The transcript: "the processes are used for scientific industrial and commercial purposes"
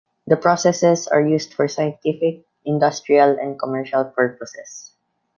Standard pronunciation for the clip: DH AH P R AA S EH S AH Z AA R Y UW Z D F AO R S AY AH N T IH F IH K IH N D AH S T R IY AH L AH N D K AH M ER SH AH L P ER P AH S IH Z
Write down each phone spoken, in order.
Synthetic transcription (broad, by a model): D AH P R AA S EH S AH S AA R Y UW S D F AO R S AY AH N T IH F IH K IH N D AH S T R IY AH L AH N D K AH M ER SH AH L P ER P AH S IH S